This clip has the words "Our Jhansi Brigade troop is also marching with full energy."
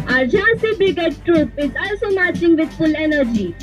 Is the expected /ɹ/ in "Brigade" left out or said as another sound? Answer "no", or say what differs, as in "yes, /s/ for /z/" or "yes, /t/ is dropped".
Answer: yes, /ɹ/ is dropped